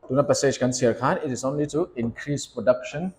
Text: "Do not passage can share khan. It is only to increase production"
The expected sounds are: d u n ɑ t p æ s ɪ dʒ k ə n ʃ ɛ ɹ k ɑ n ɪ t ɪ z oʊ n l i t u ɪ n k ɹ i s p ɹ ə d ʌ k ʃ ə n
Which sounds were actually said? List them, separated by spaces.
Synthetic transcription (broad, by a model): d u n ɑ t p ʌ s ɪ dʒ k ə n s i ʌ k ɑ n ɪ t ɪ s oʊ n l i t u ɪ n k ɹ i s p ɹ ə d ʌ k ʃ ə n